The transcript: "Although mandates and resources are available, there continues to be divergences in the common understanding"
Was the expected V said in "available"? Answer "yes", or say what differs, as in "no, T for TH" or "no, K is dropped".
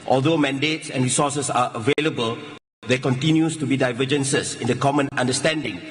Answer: yes